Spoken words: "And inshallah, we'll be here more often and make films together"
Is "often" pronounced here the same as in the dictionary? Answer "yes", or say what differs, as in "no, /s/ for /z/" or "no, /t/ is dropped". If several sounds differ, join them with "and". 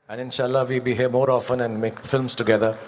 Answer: yes